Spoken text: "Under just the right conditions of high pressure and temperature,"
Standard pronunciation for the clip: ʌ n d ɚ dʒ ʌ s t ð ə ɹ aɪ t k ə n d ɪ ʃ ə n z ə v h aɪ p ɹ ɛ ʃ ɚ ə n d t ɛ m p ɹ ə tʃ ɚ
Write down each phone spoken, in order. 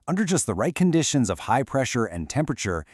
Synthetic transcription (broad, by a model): ʌ n d ɚ dʒ ʌ s t ð ə ɹ aɪ t k ə n d ɪ ʃ ə n z ə v h aɪ p ɹ ɛ ʃ ɚ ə n t ɛ m p ɹ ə tʃ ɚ